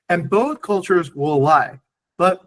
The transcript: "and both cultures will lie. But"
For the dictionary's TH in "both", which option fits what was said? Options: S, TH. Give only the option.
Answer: TH